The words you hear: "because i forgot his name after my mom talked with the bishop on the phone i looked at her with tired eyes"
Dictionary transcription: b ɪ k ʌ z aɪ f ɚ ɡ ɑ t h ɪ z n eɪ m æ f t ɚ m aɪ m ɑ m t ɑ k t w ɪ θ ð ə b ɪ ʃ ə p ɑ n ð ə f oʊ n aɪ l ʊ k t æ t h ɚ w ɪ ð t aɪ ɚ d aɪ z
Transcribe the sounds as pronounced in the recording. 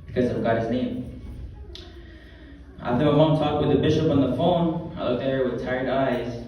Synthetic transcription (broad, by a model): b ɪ k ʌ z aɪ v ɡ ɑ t h ɪ z n eɪ m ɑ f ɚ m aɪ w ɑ t ɑ k t w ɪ ð ə b ɪ ʃ ə p n ð ə f oʊ n aɪ l ʊ k t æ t h ɚ w ɪ ð t aɪ ɚ d aɪ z